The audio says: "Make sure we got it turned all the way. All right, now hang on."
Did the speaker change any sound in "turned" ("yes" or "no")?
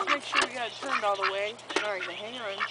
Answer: no